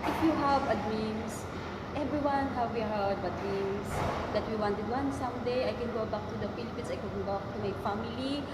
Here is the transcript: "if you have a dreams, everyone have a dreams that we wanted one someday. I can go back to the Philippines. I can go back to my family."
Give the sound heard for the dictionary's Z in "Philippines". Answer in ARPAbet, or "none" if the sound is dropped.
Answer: S